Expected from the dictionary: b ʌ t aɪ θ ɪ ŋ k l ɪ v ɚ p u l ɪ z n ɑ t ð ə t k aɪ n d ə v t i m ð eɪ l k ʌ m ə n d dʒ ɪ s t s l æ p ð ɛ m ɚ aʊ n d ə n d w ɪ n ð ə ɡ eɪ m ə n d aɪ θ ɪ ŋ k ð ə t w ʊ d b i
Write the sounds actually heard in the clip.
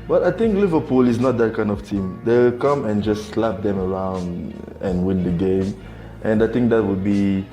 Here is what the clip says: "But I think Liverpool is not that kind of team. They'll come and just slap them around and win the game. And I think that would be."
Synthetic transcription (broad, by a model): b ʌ t aɪ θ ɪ ŋ k l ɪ v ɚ p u l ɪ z n ɑ t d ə t k aɪ n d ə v t i m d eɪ w k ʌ m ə n dʒ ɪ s s l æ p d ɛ m ɚ aʊ n d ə n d w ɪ n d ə ɡ eɪ m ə n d aɪ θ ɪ ŋ k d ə t w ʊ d b i